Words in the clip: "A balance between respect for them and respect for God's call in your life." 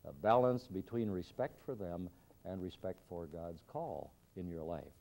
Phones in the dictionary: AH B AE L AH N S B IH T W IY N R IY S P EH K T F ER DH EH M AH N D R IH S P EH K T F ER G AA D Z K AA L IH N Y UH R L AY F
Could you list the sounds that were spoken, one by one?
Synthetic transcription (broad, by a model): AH B AE L AH N S B IH T W IY N R IY S P EH K T F ER DH EH M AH N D R IH S P EH K T F ER G AA D Z K AA L IH N Y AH R L AY F